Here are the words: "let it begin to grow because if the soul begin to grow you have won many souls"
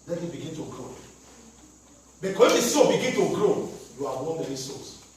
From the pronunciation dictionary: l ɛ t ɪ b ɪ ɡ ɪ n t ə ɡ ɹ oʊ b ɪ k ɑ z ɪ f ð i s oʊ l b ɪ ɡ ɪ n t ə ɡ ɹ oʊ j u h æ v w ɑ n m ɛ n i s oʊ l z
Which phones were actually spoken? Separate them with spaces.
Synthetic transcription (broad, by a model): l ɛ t ɪ b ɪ ɡ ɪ n t ə ɡ ɹ oʊ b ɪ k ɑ ɪ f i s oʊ b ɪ ɡ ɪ n t ə ɡ ɹ oʊ j u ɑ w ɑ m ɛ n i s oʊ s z